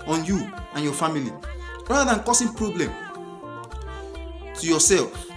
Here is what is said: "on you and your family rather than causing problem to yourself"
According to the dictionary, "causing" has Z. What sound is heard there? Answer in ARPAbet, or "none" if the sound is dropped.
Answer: S